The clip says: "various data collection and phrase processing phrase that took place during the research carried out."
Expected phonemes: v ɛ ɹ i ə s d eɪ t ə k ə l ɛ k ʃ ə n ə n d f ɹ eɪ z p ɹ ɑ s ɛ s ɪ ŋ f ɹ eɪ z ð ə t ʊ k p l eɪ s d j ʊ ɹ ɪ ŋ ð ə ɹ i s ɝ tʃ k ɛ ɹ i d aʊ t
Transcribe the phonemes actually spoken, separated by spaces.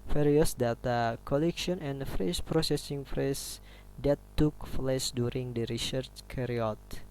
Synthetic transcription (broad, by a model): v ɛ ɹ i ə s d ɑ t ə k ə l ɛ k ʃ ə n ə n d f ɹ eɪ s p ɹ ɑ s ɛ s ɪ ŋ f ɹ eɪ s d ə t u k f l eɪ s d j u ɹ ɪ ŋ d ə ɹ i s ɝ tʃ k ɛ ɹ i ɔ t